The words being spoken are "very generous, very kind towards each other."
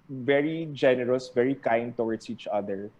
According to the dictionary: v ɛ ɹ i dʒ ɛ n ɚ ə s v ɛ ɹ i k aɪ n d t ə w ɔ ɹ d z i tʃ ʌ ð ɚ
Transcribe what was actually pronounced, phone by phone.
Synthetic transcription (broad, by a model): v ɛ ɹ i dʒ ɛ n ɚ ə s v ɛ ɹ i k aɪ n d t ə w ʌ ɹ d s i tʃ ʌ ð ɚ